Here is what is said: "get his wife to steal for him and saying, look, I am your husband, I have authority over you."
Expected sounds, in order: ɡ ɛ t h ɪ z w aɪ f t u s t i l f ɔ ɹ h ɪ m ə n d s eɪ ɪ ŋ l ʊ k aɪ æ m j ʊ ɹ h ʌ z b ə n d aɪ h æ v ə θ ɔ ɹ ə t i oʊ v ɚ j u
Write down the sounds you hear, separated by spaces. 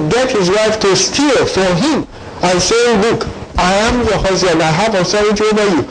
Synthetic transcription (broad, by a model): ɡ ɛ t h ɪ z w aɪ f t u s t i l f ɔ ɹ h ɪ m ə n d s eɪ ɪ l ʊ k aɪ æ m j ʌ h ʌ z ə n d aɪ h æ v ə s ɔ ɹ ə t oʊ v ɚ j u